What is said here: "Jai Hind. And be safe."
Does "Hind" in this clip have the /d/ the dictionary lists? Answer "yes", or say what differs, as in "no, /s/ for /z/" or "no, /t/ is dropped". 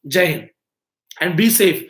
no, /d/ is dropped